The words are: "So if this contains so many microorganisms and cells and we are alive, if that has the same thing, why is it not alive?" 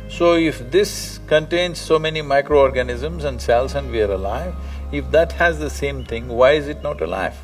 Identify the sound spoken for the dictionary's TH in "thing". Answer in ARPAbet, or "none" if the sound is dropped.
T